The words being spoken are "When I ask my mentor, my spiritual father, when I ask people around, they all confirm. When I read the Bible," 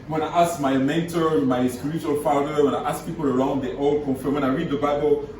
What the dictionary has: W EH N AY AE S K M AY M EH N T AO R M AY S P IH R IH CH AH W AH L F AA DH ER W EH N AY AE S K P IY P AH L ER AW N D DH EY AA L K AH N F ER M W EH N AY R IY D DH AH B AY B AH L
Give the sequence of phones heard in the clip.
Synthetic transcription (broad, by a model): W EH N AY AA S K M AY M EH N T AO R M AY S P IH R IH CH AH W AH L F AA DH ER W EH N AY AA S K P IY P AH L ER AW N D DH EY AA L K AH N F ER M W EH N AY R IY D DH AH B AY B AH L